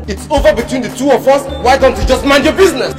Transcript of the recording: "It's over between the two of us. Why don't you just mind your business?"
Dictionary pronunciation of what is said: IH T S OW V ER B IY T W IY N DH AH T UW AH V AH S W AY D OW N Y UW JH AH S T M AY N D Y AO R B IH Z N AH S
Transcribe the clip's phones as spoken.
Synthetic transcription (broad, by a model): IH T S OW V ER B IY T W IY N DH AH T UW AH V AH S W AY D OW N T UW JH AH S T M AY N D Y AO B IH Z N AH S